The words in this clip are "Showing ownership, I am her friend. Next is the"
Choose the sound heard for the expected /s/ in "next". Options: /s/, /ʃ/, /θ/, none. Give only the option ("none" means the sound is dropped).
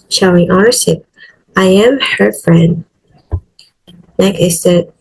none